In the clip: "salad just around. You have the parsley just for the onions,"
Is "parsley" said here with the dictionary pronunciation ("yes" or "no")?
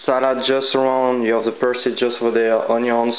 no